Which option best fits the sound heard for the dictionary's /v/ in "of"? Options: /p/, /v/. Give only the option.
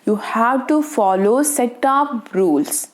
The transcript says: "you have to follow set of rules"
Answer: /p/